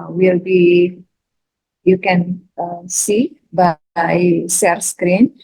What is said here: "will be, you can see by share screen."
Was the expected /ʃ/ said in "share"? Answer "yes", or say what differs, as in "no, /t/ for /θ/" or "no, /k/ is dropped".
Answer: no, /s/ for /ʃ/